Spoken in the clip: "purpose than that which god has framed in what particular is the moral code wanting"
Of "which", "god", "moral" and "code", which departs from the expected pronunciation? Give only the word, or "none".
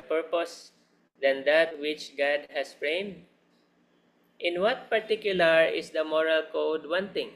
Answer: none